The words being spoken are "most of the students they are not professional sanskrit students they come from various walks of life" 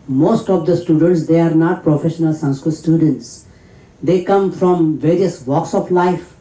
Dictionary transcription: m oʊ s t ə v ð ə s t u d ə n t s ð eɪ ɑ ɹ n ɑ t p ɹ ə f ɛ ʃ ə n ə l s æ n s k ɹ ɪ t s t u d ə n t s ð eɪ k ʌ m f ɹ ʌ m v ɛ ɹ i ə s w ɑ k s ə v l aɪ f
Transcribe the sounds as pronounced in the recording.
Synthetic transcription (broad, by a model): m oʊ s t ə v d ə s t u d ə n t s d eɪ ɑ ɹ n ɑ t p ɹ ə f ɛ ʃ ə n ə l s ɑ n s k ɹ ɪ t s t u d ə n t s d eɪ k ʌ m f ɹ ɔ m v ɛ ɹ i ə s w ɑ k s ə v l aɪ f